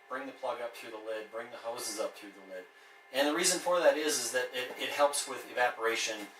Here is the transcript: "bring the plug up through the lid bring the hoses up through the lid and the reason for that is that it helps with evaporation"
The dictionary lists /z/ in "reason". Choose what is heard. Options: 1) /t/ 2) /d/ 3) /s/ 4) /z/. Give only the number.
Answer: 4